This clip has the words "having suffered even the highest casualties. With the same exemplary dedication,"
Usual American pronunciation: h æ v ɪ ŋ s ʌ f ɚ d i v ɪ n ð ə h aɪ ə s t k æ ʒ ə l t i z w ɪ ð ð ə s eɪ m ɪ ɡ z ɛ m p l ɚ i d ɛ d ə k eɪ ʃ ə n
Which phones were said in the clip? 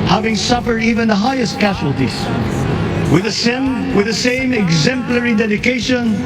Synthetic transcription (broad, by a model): h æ v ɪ ŋ s ʌ f ɚ d i v ɪ n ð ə h aɪ ə s t k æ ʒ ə l t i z w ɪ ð ð ə s eɪ m ɪ ɡ z ɛ m p l ɚ i d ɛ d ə k eɪ ʃ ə n